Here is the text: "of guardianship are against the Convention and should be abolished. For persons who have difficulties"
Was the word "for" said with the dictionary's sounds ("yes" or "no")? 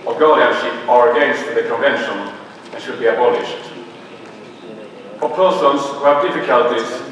no